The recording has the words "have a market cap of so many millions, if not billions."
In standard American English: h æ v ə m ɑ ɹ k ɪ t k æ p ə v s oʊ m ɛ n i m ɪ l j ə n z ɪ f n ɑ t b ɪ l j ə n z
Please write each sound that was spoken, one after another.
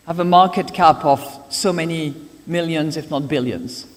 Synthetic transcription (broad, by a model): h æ v ə m ɑ ɹ k ɪ t k æ p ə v s oʊ m ɛ n i m ɪ l j ə n z ɪ f n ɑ t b ɪ l j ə n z